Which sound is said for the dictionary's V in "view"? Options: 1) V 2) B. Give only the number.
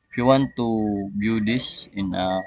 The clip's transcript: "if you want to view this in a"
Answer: 2